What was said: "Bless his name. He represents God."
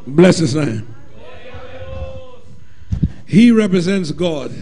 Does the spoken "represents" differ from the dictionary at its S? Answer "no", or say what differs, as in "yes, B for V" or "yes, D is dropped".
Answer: no